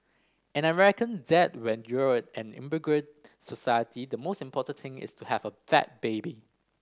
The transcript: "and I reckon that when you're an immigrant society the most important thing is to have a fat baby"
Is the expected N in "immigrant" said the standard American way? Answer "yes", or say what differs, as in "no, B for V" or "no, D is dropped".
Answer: no, N is dropped